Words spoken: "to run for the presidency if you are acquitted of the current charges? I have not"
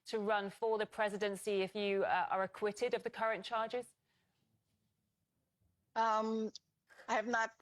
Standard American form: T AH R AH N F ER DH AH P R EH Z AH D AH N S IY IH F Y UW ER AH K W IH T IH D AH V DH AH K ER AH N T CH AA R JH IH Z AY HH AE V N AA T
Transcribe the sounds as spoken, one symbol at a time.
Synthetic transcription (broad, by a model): T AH R AH N F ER DH AH P R EH Z AH D AH N S IY IH F Y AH ER AH K W IH T IH D AH V DH AH K ER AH N CH AA JH IH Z AY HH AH V N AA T